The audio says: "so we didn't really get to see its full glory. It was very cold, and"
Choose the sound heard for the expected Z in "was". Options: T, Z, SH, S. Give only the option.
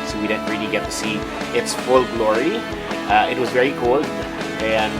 Z